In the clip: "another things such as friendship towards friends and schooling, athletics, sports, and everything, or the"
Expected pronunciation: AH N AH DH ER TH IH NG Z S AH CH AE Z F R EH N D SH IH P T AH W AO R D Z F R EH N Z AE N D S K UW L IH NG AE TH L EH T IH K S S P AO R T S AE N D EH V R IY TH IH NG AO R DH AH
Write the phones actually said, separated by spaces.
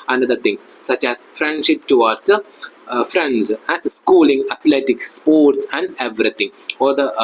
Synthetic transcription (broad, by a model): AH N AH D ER T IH NG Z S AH CH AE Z F R EH N D SH IH P T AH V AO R D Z F R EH N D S S K UW L IH NG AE T L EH T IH K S S P AO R T S AE N D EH V R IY T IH NG AO R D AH